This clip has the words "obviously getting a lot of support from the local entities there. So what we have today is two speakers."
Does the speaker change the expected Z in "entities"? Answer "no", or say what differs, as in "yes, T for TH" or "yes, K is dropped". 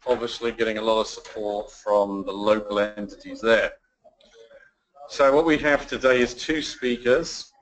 no